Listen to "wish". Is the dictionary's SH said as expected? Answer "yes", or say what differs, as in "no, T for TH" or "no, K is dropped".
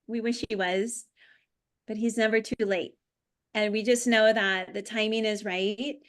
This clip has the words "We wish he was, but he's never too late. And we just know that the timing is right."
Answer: yes